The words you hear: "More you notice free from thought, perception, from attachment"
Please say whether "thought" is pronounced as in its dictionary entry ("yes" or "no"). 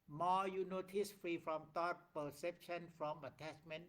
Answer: no